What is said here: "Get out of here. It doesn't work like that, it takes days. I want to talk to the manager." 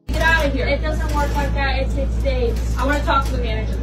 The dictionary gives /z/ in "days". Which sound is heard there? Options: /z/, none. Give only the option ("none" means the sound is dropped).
none